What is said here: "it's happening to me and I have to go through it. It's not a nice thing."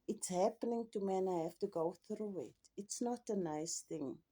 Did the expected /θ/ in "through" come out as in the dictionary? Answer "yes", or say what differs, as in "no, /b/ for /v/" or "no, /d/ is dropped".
yes